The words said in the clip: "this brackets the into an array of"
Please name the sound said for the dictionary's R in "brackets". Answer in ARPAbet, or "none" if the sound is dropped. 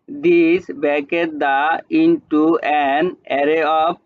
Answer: none